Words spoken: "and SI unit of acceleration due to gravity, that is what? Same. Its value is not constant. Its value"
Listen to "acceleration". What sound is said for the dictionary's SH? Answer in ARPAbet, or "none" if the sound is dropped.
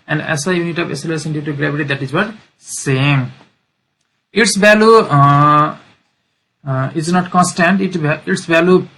S